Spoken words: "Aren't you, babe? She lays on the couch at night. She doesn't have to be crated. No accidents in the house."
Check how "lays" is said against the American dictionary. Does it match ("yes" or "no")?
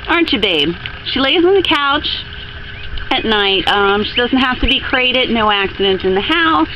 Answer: yes